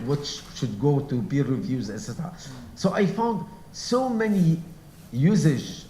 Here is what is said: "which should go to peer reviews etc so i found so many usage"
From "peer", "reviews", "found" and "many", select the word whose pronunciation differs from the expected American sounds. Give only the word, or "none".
peer